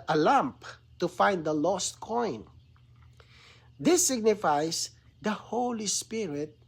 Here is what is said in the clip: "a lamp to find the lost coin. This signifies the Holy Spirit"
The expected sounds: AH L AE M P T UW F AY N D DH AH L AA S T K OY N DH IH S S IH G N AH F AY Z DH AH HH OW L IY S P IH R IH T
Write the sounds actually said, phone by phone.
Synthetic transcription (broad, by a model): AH L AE M P T UW F AY N D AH L AA S T K OY N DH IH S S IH G N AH F AY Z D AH HH OW L IY S P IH R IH T